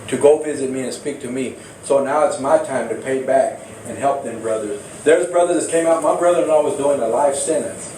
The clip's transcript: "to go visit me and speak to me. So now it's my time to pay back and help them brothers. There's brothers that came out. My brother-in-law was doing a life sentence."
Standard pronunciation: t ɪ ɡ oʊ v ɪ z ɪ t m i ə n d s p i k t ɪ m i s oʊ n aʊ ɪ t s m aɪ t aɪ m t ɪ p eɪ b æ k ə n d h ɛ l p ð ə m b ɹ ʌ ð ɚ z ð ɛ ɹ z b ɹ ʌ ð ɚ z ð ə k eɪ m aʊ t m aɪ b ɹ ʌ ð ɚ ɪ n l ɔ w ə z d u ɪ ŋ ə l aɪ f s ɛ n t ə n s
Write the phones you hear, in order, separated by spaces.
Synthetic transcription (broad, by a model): t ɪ ɡ oʊ v ɪ z ɪ t m i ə n s p i k t ɪ m i s oʊ n aʊ ɪ t s m aɪ t aɪ m t ɪ p eɪ b æ k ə n h ɛ l p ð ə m b ɹ ʌ ð ɚ z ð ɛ ɹ z b ɹ ʌ ð ɚ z k eɪ m aʊ t m aɪ b ɹ ʌ ð ɚ ɪ n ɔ w ə z d u ɪ ŋ ə l aɪ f s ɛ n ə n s